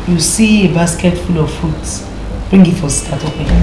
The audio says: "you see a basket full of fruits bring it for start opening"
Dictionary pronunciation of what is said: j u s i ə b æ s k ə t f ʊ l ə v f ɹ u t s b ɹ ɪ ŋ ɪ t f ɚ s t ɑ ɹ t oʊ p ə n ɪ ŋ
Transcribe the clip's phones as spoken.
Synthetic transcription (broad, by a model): j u s i ə b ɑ s k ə t f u l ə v f u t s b ɹ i ŋ ɪ t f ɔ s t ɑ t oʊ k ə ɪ